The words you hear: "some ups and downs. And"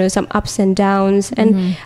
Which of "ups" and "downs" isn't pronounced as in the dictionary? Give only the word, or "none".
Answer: none